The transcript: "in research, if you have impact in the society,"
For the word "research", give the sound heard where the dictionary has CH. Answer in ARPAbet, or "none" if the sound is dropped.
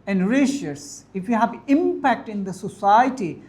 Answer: S